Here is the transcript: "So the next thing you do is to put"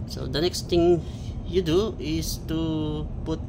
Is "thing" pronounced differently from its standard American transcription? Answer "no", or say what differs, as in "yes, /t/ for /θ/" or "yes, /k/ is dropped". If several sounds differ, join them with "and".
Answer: yes, /t/ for /θ/